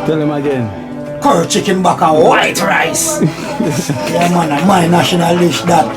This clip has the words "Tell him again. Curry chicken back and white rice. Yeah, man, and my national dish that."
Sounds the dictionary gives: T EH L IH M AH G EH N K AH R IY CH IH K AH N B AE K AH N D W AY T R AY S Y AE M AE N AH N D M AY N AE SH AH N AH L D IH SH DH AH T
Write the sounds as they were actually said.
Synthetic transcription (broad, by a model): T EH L IH M AH G EH N K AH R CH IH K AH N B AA K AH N W AY T R AY S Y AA M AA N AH M AY N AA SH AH N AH L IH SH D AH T